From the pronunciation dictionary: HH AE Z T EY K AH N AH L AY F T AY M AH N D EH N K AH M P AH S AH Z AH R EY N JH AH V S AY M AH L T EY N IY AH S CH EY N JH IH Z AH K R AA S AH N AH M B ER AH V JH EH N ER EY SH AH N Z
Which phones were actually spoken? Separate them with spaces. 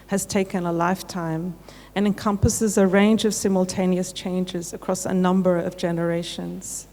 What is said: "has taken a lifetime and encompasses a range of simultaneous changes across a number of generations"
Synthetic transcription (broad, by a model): HH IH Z T EY K AH N AH L AY F T AY M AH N EH N K AH M P AH S AH Z AH R EY N JH AH V S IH M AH L T EY N IY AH S CH EY N JH IH Z AH K R AA S AH N AH M B ER AH V JH EH N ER EY SH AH N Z